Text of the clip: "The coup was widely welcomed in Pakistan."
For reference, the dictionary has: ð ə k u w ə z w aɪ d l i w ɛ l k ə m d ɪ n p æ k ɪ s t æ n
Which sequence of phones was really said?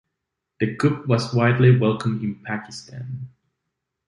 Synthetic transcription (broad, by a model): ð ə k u w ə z w aɪ d l i w ɛ l k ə m ɪ n p æ k ɪ s t æ n